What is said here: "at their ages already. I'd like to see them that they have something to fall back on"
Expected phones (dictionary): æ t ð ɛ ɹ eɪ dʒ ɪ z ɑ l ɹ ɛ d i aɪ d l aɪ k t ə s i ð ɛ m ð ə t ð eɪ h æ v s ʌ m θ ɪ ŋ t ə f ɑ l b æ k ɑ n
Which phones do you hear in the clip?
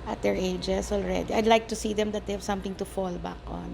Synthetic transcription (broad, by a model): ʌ t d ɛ ɹ eɪ dʒ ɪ s ɑ l ɹ ɛ d i aɪ d l aɪ k t ə s i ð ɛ m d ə t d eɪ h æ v s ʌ m t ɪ ŋ t ə f ɑ l b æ k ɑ n